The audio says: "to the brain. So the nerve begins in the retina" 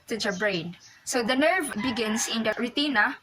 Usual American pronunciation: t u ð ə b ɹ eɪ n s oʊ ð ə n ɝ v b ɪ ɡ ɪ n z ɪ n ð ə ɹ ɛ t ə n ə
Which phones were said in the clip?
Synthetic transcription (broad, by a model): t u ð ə b ɹ eɪ n s oʊ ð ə n ɝ v b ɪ ɡ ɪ n s ɪ n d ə ɹ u t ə n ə